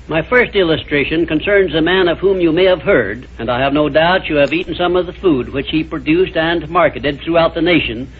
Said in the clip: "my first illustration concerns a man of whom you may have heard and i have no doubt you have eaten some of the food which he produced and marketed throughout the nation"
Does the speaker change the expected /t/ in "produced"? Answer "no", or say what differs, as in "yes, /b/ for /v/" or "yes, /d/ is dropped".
no